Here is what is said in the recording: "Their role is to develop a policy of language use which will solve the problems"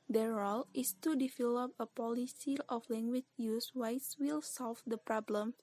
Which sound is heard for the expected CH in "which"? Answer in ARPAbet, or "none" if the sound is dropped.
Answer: S